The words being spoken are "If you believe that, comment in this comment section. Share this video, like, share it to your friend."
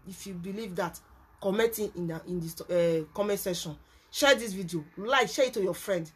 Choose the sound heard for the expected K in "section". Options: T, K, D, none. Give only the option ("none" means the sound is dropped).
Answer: none